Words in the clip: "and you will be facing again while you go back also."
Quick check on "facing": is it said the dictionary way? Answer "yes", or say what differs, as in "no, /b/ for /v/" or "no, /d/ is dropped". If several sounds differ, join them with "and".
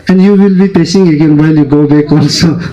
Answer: no, /p/ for /f/